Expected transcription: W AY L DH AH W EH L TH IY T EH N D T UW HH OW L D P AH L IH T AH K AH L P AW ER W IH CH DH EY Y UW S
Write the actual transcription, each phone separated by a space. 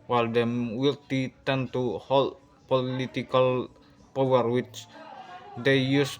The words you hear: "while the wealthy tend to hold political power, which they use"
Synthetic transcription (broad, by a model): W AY L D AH W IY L T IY T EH N T UW HH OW L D P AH L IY T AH K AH L P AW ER W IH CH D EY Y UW S